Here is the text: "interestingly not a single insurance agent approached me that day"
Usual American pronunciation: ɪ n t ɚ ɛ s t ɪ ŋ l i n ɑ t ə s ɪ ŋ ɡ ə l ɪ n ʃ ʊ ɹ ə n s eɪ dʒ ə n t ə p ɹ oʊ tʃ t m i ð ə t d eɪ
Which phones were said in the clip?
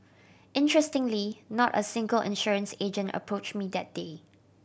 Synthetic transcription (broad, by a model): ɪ n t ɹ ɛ s t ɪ ŋ l i n ɑ t ə s ɪ ŋ ɡ ə l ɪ n ʃ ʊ ɹ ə n s eɪ dʒ ə n t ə p ɹ oʊ tʃ m i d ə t d eɪ